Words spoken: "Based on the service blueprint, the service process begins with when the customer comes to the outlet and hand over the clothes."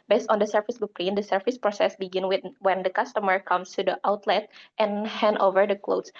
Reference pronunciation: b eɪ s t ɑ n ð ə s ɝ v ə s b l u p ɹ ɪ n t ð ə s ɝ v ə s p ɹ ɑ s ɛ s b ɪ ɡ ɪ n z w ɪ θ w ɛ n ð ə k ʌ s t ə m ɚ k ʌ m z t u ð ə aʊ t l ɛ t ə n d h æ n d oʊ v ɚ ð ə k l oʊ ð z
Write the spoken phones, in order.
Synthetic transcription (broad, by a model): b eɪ s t ɑ n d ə s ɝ f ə s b u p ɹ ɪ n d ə s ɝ f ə s p ɹ ɑ s ɛ s b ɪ ɡ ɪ n w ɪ w ɛ n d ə k ʌ s t ə m ɚ k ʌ m s t u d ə aʊ t l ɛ t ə n h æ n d oʊ v ɚ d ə k l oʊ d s